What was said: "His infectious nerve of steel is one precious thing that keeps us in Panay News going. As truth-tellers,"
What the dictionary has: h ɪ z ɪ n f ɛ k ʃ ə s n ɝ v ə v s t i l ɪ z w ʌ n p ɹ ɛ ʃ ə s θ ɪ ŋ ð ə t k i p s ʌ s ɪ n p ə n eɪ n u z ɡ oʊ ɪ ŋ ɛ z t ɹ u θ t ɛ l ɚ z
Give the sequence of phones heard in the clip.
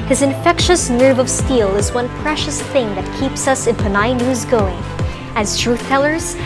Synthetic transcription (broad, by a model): h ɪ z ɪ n f ɛ k ʃ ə s n ɝ v ə v s t i l ɪ z w ʌ n p ɹ ɛ ʃ ə s θ ɪ ŋ ð ə t k i p s ʌ s ɪ n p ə n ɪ n u z ɡ oʊ ɪ ŋ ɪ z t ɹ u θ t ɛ l ɚ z